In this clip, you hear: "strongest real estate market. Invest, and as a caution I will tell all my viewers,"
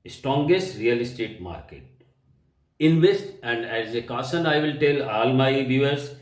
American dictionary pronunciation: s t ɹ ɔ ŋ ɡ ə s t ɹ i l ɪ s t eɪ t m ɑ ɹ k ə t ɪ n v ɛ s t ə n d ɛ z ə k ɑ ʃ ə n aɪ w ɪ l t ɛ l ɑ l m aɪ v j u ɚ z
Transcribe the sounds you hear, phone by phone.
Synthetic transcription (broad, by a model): s t ɹ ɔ ŋ ɡ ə s t ɹ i l ɪ s t eɪ t m ɑ ɹ k ə t ɪ n v ɛ s t ə n d ɛ z ə k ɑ s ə n aɪ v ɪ l t ɛ l ɑ l m aɪ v j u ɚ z